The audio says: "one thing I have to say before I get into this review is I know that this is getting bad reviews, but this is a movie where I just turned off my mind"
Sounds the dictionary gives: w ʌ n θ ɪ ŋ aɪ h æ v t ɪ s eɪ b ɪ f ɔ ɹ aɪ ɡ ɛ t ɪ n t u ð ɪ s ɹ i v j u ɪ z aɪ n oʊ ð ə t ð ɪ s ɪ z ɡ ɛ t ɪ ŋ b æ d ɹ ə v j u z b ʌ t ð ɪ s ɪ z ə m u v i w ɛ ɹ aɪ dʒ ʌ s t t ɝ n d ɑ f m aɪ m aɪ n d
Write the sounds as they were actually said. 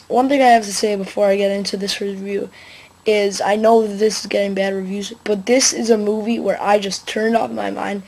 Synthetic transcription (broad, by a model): w ʌ n θ ɪ ŋ aɪ h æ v t ɪ s eɪ b ɪ f ɔ ɹ aɪ ɡ ɛ t ɪ n t u ð ɪ s ɹ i v j u ɪ z aɪ n oʊ ð ə t ð ɪ s ɪ z ɡ ɛ t ɪ ŋ b æ d ɹ ə v j u z b ʌ t ð ɪ s ɪ z ə m u v i w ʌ ɹ aɪ dʒ ʌ s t t ɝ n d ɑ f m aɪ m aɪ n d